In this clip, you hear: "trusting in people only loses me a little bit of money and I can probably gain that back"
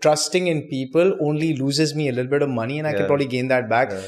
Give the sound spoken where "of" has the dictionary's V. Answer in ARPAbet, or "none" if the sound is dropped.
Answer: V